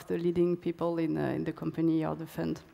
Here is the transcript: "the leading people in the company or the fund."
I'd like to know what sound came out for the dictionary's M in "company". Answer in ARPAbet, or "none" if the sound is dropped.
M